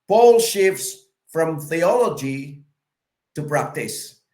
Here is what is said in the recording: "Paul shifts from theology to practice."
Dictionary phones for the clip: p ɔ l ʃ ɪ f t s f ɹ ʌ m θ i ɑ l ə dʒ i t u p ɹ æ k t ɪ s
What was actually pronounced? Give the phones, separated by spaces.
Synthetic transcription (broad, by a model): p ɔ l ʃ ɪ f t s f ɹ ʌ m θ i ɑ l ə dʒ i t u p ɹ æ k t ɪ s